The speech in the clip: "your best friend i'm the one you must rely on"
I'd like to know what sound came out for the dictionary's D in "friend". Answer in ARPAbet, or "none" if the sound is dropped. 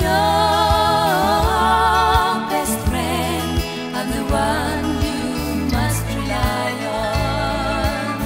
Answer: none